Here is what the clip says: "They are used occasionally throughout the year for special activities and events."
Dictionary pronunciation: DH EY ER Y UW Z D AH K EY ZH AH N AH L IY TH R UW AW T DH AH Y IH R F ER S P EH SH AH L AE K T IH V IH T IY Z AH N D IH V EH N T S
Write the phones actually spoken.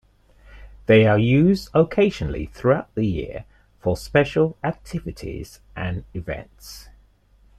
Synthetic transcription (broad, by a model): DH EY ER Y UW Z D AH K EY ZH AH N AH L IY TH R UW AW T DH AH Y IH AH F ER S P EH SH AH L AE K T IH V IH T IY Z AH N IH V EH N T S